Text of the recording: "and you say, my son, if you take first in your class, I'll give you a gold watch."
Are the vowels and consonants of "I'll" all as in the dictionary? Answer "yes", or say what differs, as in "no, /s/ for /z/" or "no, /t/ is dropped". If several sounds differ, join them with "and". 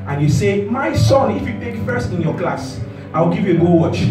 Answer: no, /w/ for /l/